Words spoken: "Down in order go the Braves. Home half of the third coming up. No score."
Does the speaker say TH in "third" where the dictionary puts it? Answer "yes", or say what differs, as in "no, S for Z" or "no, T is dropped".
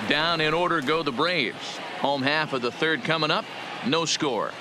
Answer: yes